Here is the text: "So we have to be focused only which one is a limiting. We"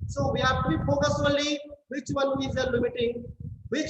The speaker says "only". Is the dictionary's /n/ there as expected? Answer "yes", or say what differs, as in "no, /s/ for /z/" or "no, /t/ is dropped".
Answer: no, /n/ is dropped